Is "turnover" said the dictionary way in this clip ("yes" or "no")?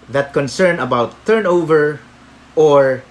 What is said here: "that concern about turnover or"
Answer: yes